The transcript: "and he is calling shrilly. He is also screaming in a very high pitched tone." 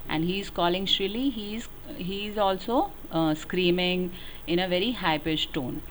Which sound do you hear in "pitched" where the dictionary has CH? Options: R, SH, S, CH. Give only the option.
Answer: S